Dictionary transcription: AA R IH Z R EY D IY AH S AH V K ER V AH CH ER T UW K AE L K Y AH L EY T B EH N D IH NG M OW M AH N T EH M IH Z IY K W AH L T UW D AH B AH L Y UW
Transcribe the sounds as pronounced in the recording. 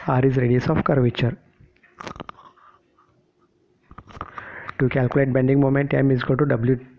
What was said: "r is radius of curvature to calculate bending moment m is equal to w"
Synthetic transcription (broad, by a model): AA R IH Z R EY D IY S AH F K ER V AH CH ER T UW K AE L K Y AH L EY T B EH N D IH NG M OW M AH N T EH M IH Z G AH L T UW D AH B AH L Y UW